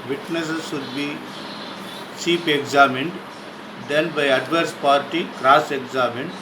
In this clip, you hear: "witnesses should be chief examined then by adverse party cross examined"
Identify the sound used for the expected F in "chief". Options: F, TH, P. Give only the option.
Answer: P